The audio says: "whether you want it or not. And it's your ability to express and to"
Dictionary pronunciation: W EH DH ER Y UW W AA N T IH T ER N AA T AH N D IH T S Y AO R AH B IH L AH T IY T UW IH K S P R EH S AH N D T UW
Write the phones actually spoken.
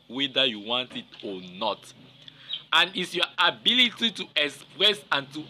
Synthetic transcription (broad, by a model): W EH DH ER Y UW W AA N T IH T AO N AA T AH N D IH T S Y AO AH B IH L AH T IY T UW IH K S P R EH S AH N T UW